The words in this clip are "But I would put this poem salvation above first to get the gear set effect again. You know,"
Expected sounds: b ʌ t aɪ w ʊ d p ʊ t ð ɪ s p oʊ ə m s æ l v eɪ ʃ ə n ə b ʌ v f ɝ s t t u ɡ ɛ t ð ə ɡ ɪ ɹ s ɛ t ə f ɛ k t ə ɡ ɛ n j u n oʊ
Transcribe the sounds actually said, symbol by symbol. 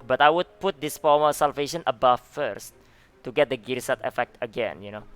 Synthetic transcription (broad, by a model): b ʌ t aɪ w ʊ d p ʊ t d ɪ s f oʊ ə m s æ l v eɪ ʃ ə n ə b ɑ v f ɝ s t t u ɡ ɛ t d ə ɡ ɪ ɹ s ɛ t ə f ɛ k t ə ɡ ɛ n j u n oʊ